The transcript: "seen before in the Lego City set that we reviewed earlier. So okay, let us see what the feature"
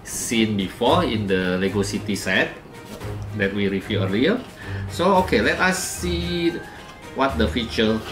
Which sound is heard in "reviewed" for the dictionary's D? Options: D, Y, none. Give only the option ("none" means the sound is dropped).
none